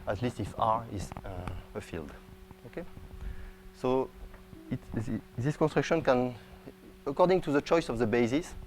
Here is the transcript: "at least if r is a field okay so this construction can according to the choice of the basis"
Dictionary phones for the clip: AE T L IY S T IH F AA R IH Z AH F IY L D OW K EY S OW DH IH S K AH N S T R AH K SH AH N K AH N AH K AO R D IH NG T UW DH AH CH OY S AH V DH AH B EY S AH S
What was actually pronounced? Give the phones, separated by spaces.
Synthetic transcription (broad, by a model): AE T L IY S T IH F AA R IH Z AH F IY L D OW K EY S OW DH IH S K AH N S T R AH K SH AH N K AH N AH K AO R D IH NG T UW DH AH CH OY S AH V DH AH B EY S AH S